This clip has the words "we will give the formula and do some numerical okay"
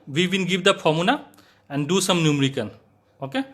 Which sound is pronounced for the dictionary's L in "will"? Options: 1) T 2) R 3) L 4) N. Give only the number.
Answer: 4